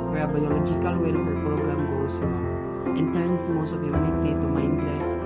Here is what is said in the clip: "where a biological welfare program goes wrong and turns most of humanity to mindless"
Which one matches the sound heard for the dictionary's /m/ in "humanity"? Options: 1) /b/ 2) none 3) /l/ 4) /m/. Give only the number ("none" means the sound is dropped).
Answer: 2